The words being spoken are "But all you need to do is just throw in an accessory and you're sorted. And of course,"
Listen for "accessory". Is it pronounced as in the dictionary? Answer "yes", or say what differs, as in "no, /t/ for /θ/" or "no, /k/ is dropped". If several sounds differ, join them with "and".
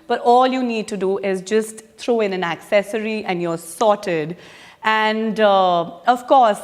yes